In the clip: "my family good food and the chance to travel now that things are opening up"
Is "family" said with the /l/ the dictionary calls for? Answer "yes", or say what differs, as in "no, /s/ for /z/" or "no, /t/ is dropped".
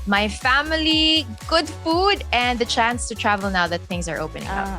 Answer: yes